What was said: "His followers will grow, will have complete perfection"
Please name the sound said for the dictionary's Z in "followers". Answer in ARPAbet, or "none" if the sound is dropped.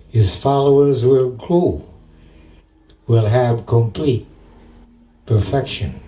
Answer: Z